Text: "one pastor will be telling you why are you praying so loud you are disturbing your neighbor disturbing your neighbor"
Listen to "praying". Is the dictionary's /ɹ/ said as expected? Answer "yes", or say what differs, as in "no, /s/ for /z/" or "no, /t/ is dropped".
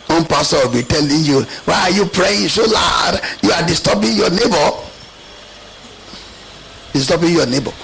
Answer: yes